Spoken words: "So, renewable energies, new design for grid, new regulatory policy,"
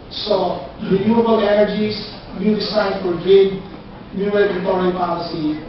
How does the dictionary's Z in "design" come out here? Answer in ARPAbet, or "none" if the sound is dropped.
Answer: S